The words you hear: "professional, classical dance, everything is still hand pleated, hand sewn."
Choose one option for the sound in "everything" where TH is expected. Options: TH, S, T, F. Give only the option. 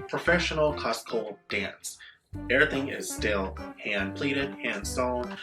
TH